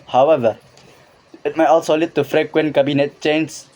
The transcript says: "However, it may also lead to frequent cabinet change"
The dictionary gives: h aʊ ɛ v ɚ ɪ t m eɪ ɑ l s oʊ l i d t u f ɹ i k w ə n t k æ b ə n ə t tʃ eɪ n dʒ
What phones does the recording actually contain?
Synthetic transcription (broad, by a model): h aʊ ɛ v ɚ ɪ t m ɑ ɑ l s oʊ l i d t u f ɹ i k w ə n k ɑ b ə n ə t tʃ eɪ n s